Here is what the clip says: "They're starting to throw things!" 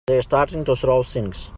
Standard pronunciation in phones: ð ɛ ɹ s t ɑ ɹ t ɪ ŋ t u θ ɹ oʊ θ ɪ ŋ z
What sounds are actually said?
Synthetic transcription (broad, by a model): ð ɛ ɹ s t ɑ ɹ t ɪ ŋ t u s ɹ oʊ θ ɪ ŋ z